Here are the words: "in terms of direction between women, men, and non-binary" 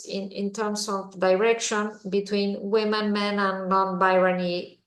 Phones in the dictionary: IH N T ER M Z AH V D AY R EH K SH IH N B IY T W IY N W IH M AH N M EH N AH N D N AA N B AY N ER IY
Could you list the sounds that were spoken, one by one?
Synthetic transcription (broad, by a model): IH N T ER M S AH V D AY R EH K SH IH N B IY T W IY N W IH M AH N M EH N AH N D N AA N B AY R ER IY